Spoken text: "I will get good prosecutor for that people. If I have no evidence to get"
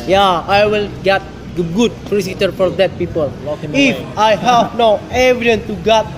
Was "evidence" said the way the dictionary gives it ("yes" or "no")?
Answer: no